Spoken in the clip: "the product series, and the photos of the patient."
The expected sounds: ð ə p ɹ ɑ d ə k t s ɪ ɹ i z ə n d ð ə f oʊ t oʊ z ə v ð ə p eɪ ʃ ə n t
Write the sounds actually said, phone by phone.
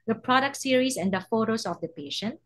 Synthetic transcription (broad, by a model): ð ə p ɹ ɑ d ə k t s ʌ ɹ i s ə n d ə f oʊ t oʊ s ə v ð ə p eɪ ʃ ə n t